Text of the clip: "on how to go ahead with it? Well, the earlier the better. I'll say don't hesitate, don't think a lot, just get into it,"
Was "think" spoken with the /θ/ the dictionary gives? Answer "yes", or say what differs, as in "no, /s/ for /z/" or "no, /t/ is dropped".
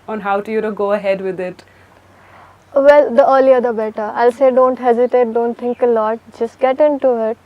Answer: no, /t/ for /θ/